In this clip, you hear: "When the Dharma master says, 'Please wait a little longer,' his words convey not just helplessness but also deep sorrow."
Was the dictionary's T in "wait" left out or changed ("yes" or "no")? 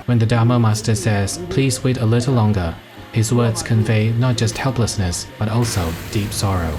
no